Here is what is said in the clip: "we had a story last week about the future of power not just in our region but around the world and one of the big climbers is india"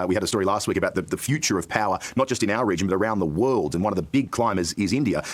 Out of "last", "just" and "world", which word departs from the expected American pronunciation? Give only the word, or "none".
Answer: none